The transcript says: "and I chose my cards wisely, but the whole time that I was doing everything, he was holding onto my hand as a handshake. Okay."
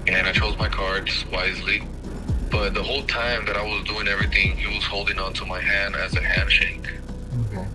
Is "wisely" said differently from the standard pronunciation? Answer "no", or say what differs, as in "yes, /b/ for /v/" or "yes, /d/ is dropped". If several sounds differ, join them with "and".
no